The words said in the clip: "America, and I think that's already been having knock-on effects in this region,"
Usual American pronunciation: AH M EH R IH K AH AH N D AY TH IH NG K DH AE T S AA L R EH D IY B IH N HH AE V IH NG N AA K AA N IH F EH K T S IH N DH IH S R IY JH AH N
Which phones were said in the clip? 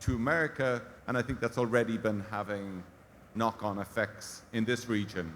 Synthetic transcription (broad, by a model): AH M EH R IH K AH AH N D AY TH IH NG K DH AE T S AA L R EH D IY B IH N HH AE V IH NG N AA K N IH F EH K T S IH N DH IH S R IY JH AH N